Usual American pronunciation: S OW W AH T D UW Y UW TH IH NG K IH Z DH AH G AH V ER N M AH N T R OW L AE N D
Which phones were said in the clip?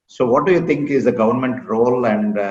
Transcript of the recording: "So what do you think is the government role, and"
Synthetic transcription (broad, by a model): S OW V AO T D UW Y UW T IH NG K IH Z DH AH G AH V ER N M AH N T R OW L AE N D